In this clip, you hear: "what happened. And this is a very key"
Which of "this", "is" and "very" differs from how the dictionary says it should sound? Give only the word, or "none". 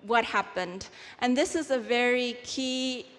none